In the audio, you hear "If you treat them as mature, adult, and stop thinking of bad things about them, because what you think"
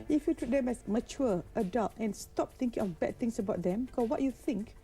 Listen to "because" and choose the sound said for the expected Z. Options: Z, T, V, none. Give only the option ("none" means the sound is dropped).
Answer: none